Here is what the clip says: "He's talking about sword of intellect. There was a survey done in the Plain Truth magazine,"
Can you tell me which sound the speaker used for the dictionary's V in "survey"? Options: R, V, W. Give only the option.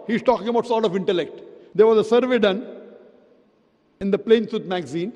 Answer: V